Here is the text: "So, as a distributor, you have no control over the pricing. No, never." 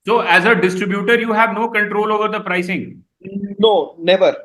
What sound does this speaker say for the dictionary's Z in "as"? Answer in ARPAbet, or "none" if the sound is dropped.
Z